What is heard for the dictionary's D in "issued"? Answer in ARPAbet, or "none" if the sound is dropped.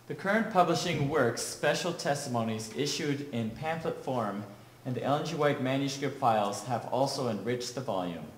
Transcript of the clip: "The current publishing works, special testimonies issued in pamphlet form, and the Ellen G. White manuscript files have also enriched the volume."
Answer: D